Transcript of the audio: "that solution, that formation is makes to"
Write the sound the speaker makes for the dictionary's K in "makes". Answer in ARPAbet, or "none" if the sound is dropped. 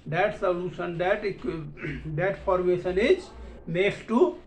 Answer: none